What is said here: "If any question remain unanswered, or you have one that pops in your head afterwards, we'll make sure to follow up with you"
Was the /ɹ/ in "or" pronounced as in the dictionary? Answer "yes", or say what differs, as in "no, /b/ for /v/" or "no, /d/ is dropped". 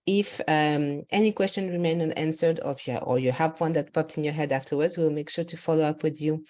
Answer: yes